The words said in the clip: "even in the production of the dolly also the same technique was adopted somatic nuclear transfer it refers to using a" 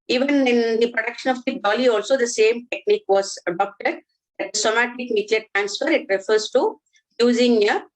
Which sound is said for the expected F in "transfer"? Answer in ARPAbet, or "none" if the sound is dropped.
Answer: F